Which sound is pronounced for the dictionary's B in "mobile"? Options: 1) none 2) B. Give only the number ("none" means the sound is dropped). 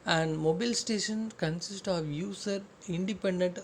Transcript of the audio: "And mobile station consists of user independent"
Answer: 2